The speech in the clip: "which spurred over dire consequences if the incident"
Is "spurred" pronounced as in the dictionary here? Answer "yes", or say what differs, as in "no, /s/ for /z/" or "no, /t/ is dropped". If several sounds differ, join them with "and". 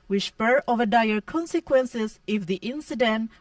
no, /d/ is dropped